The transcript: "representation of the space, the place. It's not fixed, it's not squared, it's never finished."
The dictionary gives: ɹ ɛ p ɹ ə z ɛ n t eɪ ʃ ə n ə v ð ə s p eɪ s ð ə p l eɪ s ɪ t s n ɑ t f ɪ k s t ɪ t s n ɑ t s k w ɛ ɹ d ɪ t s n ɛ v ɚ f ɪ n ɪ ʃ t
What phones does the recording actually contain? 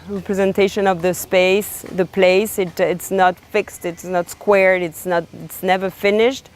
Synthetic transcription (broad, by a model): ɹ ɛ p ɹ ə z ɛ n t eɪ ʃ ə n ə v ð ə s p eɪ s ð ə p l eɪ s ɪ t s n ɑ t f ɪ k s t ɪ t s n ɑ t s k w ɛ ɹ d ɪ t s n ɛ v ɚ f ɪ n ɪ ʃ t